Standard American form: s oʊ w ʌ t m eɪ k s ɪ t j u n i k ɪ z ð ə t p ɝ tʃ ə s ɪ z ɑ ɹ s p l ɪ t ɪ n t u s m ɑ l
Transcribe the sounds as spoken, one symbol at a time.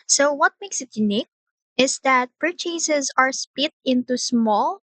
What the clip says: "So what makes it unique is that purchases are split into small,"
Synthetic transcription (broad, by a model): s oʊ w ʌ t m eɪ k s ɪ t j u n i k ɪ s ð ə t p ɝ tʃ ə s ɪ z ɑ ɹ s p ɪ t ɪ n t u s m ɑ l